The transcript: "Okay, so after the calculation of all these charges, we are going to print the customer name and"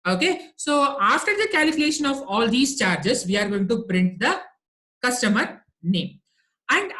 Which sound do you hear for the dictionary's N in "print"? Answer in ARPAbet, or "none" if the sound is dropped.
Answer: N